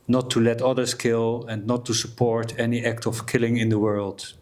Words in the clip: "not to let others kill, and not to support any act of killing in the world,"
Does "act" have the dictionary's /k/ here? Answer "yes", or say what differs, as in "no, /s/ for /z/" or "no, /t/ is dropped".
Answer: yes